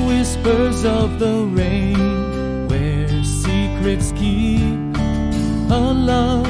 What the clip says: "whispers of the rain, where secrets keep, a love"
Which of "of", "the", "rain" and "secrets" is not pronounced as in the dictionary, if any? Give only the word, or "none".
none